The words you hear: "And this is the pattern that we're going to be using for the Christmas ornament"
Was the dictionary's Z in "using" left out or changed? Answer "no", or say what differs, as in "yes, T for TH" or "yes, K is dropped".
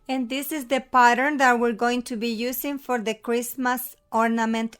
yes, S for Z